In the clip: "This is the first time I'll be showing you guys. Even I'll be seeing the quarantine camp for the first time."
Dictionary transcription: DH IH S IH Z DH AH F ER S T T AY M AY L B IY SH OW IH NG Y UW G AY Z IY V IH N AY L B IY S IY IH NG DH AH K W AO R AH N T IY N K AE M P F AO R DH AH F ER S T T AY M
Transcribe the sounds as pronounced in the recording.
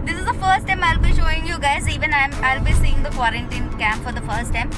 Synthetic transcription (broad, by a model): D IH S IH Z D AH F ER S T T AY M AY L B IY SH OW IH NG Y UW G AY Z IY V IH N AY L B IY S IY IH NG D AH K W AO R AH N T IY N K AE M P F AO R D AH F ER S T T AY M